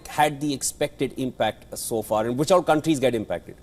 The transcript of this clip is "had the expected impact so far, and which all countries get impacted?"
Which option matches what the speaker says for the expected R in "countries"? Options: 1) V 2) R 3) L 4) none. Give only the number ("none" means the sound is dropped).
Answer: 2